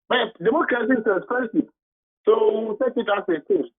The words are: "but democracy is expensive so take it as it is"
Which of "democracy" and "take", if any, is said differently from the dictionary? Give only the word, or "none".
take